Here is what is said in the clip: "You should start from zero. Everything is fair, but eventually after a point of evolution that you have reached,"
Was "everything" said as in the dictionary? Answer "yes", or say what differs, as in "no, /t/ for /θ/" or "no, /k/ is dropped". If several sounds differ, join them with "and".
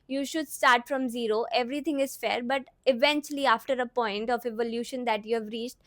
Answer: no, /t/ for /θ/